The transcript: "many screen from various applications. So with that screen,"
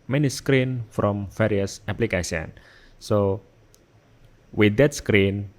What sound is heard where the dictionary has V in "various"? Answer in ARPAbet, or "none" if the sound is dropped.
F